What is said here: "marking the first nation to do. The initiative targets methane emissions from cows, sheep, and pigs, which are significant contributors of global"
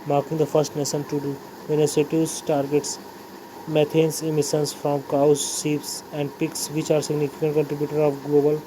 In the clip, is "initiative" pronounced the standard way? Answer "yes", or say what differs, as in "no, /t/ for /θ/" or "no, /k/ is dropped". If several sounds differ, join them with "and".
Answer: no, /s/ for /ʃ/